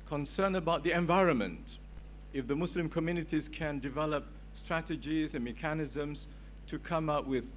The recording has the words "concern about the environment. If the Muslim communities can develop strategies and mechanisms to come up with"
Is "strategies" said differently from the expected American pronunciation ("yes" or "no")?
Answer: no